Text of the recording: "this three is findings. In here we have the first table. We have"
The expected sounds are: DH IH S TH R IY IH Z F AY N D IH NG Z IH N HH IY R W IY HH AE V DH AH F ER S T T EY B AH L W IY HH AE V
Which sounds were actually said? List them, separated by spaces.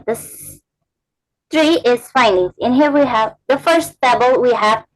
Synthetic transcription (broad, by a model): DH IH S TH R IY IH Z F AY N D IH NG Z IH N HH IY R W IY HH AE V DH AH F ER S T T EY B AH L W IY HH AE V